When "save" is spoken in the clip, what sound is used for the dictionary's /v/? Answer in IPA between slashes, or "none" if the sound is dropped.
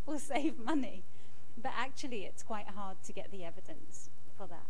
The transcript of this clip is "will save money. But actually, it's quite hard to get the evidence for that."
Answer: /v/